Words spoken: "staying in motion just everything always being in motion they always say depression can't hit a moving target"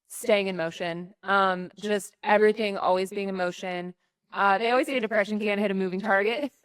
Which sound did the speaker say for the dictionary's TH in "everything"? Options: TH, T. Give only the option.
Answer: TH